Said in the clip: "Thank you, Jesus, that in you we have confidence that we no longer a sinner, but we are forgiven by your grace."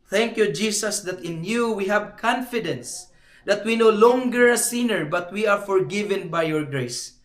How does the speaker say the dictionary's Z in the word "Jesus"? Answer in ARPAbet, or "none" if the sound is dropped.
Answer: S